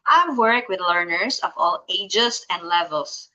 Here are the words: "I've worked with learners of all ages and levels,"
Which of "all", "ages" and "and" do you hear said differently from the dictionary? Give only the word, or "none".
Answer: ages